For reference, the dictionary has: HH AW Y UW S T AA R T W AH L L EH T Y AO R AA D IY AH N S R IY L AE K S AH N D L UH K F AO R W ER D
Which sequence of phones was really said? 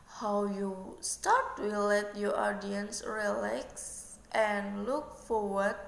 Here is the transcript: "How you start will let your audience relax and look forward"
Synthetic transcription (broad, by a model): HH AW Y UW S T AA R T W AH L L EH T Y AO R AA D IY AH N S R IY L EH K S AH N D L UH K F AO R W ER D